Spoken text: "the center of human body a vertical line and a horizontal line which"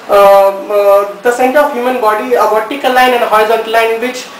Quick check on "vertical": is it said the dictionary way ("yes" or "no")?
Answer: no